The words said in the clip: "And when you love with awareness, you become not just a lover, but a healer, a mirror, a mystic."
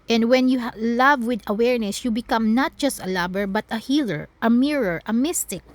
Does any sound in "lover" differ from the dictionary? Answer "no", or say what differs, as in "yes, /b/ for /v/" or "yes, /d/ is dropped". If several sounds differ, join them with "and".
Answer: yes, /b/ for /v/